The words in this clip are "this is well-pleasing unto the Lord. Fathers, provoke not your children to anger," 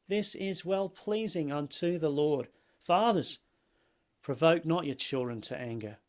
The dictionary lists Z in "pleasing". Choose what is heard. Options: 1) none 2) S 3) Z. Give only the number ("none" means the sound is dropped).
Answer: 3